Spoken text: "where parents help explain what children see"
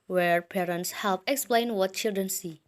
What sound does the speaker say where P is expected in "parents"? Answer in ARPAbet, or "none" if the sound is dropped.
P